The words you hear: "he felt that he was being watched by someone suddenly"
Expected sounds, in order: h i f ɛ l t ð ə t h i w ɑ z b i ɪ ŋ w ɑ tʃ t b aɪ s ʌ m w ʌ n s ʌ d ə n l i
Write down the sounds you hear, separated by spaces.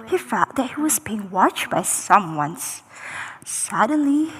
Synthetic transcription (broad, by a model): h i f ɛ t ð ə t h i w ɑ z b i ɪ ŋ w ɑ tʃ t b aɪ s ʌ m w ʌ n s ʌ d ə n l i